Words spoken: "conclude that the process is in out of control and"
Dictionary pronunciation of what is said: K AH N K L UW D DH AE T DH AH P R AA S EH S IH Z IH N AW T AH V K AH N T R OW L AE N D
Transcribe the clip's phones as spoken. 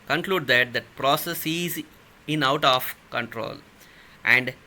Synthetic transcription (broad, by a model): K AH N K L UW D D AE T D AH P R AA S EH S IH Z IH N AW T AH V K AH N T R OW L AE N D